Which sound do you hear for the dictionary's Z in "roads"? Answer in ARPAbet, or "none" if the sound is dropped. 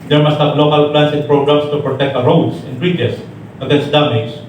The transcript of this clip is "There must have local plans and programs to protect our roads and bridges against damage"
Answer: S